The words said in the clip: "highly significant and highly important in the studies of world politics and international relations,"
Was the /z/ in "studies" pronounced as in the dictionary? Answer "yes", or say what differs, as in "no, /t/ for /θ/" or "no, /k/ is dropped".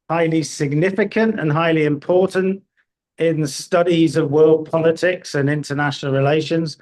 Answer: yes